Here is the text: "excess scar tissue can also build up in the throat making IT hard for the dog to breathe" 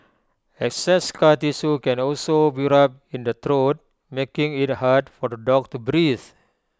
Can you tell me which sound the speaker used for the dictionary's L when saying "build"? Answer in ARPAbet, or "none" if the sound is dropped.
none